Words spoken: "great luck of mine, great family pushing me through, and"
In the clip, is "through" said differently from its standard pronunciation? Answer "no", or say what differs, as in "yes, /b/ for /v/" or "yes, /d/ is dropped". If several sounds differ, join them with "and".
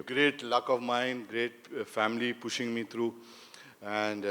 yes, /t/ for /θ/